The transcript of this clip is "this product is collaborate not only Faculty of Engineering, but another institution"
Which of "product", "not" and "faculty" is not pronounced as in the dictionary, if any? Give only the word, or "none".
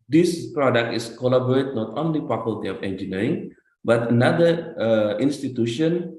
faculty